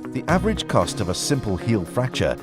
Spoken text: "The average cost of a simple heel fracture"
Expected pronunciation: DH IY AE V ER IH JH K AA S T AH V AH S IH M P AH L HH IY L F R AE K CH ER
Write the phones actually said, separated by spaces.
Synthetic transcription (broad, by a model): DH IY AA V ER IH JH K AA S T AH V AH S IH M P AH L HH IY L F R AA K CH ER